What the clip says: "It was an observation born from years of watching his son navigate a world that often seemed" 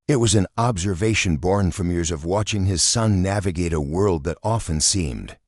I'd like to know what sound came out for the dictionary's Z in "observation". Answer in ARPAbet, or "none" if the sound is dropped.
Z